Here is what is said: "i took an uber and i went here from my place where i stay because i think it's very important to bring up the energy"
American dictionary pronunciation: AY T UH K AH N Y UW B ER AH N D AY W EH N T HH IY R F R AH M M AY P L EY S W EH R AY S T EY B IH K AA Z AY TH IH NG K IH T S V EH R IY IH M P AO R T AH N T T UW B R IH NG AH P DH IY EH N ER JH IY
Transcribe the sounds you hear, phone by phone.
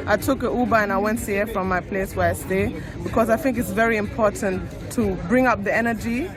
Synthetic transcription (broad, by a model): AY T UH K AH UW B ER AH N AY W EH N T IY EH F R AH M M AY P L EY S W EH R AY S T EY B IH K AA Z AY TH IH NG K IH T S V EH R IY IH M P AO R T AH N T T UW B R IH NG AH P DH IY EH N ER JH IY